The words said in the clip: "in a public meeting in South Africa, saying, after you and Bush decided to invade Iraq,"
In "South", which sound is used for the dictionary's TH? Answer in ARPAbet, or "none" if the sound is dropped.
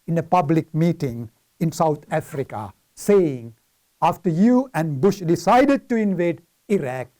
T